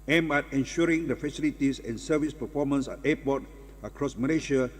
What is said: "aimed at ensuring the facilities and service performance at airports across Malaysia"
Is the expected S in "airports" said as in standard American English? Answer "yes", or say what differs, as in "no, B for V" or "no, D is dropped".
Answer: no, S is dropped